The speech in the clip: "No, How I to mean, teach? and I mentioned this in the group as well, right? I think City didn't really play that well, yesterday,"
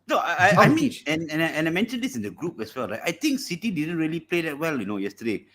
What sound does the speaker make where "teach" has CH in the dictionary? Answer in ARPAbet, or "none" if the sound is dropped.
none